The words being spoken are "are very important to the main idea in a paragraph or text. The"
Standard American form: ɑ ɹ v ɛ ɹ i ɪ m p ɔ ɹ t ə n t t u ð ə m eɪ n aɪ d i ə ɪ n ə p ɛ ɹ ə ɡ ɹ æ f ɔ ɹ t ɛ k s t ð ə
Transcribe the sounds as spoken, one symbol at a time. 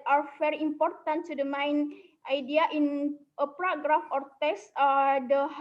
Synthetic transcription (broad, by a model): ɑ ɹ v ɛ ɹ i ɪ m p ɔ ɹ t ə n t t u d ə m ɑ n aɪ d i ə ɪ n ə p ɹ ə ɡ ɹ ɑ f ɔ ɹ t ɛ s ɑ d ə